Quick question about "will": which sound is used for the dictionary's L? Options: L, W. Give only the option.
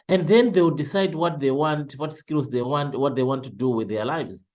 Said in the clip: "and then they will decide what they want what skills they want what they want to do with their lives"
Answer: W